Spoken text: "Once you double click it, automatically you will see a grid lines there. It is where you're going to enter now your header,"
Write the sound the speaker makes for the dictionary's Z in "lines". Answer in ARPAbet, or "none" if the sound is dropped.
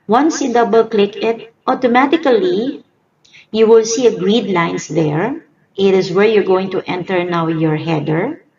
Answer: S